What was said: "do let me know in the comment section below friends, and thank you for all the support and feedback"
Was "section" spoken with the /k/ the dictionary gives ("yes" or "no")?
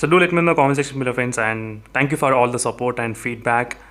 no